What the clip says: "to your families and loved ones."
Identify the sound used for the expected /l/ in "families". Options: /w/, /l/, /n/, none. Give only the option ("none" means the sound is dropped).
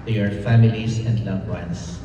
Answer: /l/